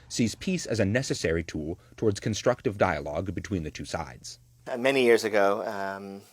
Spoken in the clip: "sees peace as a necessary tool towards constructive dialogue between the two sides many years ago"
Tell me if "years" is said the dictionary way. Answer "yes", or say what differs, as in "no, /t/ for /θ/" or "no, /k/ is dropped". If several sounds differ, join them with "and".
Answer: yes